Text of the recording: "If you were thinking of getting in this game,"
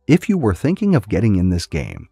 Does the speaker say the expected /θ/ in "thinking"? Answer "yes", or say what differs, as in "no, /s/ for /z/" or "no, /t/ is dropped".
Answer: yes